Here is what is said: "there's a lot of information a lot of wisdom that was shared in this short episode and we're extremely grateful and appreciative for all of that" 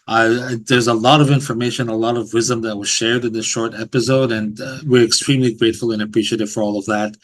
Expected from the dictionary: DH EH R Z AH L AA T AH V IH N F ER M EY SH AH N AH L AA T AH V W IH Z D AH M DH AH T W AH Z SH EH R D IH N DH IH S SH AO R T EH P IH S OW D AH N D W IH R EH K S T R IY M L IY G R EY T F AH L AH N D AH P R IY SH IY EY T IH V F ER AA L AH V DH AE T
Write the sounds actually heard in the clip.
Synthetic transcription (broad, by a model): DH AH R Z AH L AA T AH V IH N F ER M EY SH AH N AH L AA T AH V W IH Z D AH M DH AH T W AH Z SH EH R D IH N DH IH S SH AO R T EH P IH S OW D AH N W IH R EH K S T R IY M L IY G R EY T F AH L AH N AH P R IY SH IY EY T IH V F ER AA L AH V DH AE T